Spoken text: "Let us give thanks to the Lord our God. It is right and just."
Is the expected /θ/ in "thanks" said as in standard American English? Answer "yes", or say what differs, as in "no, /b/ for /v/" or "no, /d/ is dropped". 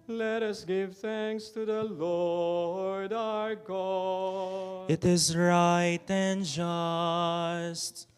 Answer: yes